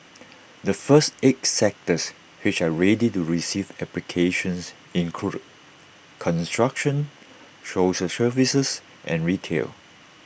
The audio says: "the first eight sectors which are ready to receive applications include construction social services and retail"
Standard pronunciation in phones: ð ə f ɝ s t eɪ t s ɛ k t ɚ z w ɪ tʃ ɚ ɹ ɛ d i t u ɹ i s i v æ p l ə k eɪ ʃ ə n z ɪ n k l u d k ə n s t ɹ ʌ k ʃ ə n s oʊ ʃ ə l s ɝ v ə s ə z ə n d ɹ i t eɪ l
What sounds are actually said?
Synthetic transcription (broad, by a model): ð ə f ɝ s t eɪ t s ɛ k t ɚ s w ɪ tʃ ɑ ɹ ɛ d i t u ɹ i s i v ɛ p l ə k eɪ ʃ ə n s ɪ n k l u k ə n s t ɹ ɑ k ʃ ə n ʃ oʊ s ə s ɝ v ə s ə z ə n ɹ i t eɪ l